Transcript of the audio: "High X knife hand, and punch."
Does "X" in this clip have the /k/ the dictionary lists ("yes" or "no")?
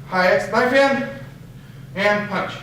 no